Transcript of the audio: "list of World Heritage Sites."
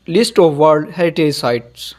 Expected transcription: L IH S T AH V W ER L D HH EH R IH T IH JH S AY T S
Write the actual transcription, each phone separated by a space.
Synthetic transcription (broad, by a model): L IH S T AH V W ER D HH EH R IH T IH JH S AY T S